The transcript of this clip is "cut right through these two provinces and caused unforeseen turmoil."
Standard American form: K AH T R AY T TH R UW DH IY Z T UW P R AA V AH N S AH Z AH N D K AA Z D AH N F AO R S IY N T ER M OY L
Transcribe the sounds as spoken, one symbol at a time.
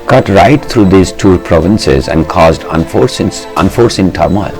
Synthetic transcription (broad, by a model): K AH T R AY T T R UW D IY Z T UW P R AA V AH N S AH Z AH N D K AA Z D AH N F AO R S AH N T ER M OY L